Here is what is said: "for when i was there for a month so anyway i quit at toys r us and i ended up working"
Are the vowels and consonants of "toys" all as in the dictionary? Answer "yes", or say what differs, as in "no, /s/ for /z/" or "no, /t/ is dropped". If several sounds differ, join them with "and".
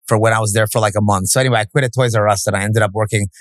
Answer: yes